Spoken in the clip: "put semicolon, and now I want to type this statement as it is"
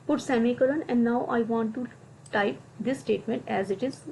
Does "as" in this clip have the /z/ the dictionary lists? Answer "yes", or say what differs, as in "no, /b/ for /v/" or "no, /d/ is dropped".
yes